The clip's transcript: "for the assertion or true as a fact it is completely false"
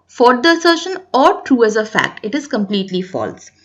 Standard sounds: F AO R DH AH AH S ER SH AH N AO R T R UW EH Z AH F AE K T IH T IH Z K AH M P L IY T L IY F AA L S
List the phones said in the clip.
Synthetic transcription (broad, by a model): F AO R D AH AH S ER SH AH N AO R T R UW EH Z AH F AE K T IH T IH Z K AH M P L IY T L IY F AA L S